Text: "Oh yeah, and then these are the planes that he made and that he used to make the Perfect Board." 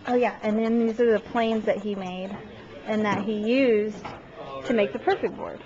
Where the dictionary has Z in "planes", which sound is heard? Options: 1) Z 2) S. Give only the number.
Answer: 1